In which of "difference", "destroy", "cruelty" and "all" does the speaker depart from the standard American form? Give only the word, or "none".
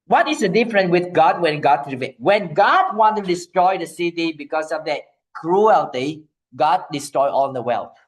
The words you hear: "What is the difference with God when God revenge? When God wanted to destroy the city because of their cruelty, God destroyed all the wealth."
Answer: difference